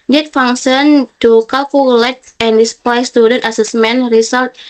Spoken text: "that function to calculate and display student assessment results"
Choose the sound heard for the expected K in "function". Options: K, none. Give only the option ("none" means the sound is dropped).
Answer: none